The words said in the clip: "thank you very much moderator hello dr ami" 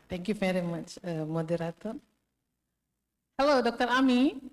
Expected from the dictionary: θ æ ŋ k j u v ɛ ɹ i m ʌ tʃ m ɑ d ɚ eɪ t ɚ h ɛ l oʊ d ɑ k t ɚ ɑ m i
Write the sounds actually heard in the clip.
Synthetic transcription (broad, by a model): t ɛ ŋ k j u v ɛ ɹ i m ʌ tʃ m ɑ d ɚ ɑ t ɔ h ɛ l oʊ d ɑ k t ɚ ɑ m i